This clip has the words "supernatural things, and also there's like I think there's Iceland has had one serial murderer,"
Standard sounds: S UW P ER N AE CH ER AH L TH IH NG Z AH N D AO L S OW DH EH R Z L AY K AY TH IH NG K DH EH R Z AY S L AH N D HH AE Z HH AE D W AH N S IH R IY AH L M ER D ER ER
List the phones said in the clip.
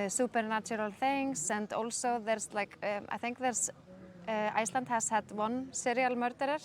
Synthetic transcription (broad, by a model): S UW P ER N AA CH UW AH L TH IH NG S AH N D AO L S OW DH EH R S L AY K AY TH IH NG K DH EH R S AY S L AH N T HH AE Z HH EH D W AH N S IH R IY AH L M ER D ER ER